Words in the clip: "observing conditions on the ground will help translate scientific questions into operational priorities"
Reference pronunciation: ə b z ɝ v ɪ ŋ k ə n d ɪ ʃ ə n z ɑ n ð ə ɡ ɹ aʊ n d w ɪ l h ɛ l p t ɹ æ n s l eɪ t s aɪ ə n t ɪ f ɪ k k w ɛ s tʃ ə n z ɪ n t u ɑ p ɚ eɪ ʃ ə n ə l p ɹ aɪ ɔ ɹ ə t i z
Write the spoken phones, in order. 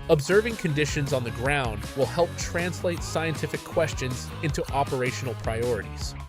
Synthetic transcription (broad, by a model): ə b z ɝ v ɪ ŋ k ə n d ɪ ʃ ə n z n ð ə ɡ ɹ aʊ n d w ɪ l h ɛ l p t ɹ æ n s l eɪ t s aɪ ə n t ɪ f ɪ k k w ɛ s tʃ ə n z ɪ n t u ɑ p ɚ eɪ ʃ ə n l p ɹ aɪ ɔ ɹ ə t i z